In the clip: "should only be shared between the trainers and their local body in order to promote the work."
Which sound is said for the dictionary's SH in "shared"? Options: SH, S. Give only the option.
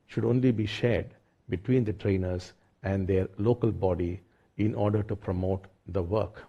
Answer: SH